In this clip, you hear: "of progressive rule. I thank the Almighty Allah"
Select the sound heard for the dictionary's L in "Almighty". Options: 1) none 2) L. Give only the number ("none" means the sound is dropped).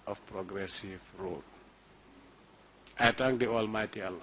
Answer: 2